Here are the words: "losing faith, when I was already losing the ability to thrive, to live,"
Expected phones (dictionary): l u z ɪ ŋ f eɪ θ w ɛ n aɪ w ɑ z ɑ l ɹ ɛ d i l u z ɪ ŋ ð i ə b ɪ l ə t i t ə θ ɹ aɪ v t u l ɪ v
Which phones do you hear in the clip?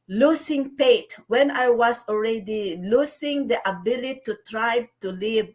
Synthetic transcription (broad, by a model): l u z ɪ ŋ p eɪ t w ɛ n aɪ w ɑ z ɑ l ɹ ɛ d i l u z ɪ ŋ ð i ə b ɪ l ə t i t ɹ aɪ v t u l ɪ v